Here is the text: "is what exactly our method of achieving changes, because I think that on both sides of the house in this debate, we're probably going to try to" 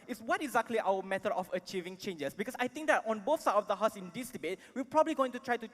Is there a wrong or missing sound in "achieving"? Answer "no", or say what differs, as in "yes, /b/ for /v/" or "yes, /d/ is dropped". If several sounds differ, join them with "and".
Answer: no